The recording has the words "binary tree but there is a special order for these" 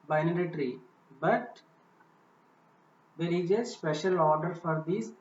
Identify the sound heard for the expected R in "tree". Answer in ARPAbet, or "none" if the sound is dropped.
R